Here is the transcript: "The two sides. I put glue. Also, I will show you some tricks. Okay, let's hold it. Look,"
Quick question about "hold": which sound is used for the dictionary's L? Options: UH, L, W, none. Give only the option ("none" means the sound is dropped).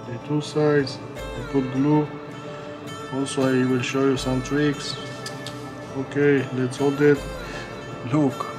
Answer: L